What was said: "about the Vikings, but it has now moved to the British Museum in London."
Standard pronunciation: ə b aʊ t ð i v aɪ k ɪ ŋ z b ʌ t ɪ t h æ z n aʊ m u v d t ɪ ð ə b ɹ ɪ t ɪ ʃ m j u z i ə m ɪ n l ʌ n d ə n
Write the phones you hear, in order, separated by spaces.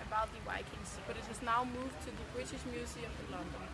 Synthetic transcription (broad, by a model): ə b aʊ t ð i w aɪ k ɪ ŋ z b ʌ t ɪ t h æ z n aʊ m u v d t ɪ ð ə b ɹ ɪ t ɪ ʃ m j u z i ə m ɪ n l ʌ n d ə n